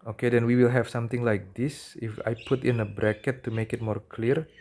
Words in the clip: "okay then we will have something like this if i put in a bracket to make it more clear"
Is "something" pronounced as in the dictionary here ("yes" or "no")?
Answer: no